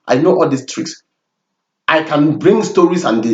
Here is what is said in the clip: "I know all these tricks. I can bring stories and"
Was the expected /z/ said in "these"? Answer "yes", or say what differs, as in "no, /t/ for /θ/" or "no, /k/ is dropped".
no, /s/ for /z/